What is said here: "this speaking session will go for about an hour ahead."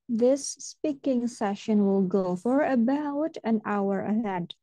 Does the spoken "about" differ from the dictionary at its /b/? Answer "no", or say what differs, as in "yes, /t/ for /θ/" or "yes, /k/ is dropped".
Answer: no